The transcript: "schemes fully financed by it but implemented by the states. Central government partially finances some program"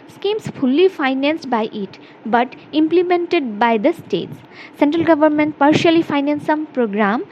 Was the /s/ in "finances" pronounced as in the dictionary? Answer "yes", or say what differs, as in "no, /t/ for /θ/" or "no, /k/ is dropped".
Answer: no, /s/ is dropped